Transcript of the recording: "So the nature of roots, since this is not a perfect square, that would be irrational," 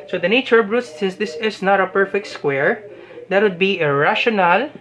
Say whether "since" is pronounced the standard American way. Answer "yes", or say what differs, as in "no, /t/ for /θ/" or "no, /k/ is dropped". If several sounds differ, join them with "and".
no, /n/ is dropped